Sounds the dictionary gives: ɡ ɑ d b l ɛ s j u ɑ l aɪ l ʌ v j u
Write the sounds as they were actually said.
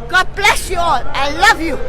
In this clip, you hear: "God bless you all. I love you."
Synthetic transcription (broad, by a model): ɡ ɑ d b l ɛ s j u ɑ l aɪ l ʌ v j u